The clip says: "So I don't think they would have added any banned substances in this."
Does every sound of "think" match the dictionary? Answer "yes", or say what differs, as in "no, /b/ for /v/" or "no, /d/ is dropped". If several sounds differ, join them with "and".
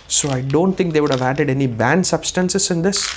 no, /t/ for /θ/